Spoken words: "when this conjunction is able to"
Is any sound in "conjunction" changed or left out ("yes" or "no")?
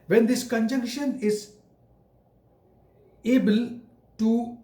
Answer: no